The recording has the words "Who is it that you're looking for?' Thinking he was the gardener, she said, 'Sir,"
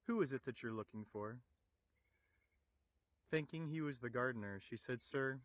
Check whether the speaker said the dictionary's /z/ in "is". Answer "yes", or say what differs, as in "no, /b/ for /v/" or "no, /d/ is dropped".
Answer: yes